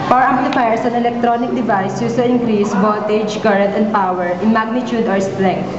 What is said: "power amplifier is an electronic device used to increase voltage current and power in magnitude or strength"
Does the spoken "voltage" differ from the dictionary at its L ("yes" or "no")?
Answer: yes